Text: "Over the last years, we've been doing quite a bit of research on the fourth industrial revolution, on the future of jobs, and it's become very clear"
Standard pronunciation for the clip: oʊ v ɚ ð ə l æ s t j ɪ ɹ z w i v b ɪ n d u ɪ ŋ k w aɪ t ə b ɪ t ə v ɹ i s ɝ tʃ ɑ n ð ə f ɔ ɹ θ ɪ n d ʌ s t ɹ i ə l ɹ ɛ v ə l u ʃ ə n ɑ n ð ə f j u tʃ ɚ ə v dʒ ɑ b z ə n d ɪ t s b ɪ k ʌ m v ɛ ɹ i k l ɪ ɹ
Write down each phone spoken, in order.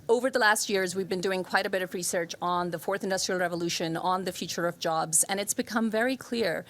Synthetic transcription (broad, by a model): oʊ v ɚ ð ə l æ s t j ɪ ɹ z w i v b ɪ n d u ɪ ŋ k w aɪ t ə b ɪ t ə v ɹ i s ɝ tʃ n ð ə f ɔ ɹ θ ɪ n d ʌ s t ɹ i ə l ɹ ɛ v ə l u ʃ ə n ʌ n ð ə f j u tʃ ɚ ə v dʒ ɑ b z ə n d ɪ t s b ɪ k ʌ m v ɛ ɹ i k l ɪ ɹ